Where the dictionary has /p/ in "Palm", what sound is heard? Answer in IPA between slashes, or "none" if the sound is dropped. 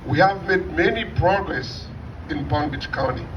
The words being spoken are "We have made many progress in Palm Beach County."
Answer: /b/